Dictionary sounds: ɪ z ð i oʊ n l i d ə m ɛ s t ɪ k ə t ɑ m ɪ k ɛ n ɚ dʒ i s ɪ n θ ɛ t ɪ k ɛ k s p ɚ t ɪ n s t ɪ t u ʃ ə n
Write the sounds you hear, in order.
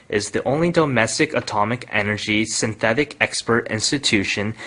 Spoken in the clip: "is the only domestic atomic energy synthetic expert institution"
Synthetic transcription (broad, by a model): ɪ z ð i oʊ n l i d ə m ɛ s t ɪ k ə t ɑ m ɪ k ɛ n ɚ dʒ i s ɪ n θ ɛ t ɪ k ɛ k s p ɚ t ɪ n s t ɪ t u ʃ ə n